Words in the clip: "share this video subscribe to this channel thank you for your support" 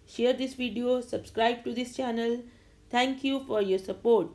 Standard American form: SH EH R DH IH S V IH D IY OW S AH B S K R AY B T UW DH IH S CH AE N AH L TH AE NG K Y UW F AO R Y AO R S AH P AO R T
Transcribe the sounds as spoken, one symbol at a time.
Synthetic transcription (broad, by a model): SH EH R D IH S V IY D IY OW S AH B S K R AY B T UW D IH S CH AE N AH L T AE NG K Y UW F AO R Y AO R S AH P AO R T